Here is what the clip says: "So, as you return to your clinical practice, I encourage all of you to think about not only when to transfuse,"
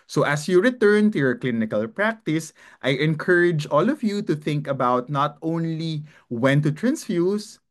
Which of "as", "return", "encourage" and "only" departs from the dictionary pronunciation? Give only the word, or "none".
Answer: as